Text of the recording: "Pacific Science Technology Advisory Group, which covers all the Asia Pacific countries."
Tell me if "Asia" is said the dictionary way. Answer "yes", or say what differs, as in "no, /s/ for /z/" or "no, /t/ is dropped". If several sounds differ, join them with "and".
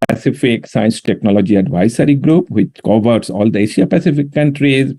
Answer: no, /ʃ/ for /ʒ/